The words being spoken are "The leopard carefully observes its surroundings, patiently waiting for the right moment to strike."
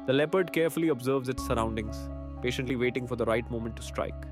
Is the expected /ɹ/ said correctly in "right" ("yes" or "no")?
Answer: yes